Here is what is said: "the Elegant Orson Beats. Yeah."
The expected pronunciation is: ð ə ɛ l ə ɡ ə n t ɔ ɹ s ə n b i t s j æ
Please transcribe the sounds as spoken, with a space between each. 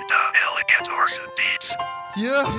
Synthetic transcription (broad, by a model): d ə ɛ l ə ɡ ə t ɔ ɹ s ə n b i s j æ